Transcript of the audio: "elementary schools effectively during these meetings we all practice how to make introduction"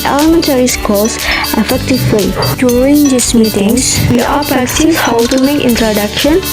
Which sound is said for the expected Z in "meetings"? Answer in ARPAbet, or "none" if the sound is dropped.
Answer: S